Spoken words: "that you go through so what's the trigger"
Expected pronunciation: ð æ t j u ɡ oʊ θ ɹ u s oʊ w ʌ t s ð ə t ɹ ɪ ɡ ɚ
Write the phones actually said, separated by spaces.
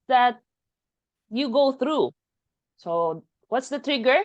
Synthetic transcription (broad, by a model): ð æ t j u ɡ oʊ θ ɹ u s oʊ w ʌ t s ð ə t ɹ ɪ ɡ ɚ